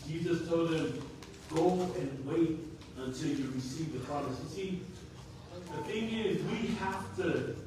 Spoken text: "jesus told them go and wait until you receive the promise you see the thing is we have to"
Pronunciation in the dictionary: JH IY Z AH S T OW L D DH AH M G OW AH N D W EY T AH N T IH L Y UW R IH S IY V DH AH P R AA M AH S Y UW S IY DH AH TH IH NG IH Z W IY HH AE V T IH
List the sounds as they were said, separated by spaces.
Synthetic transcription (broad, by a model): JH IY Z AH S T OW L D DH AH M G OW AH N W EY T AH N T IH L Y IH R IH S IY V DH AH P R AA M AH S S IY DH AH TH IH NG IH Z W IY HH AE F T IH